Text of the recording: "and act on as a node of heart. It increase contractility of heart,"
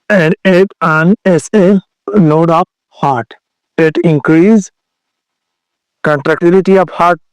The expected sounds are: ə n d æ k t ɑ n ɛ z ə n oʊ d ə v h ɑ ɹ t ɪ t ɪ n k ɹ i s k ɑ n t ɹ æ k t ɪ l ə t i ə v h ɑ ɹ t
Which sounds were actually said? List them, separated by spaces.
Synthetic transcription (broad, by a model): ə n d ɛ t ɑ n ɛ s ə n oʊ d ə p h ɑ ɹ t ɪ t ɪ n k ɹ i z k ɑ n t ɹ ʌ k t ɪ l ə t i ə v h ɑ ɹ t